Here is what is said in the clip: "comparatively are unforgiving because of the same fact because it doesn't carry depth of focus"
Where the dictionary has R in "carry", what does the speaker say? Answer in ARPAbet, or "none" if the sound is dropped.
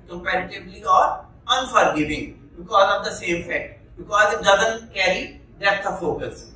R